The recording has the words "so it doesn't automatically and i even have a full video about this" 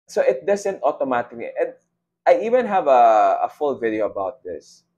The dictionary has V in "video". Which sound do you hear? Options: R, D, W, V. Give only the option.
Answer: V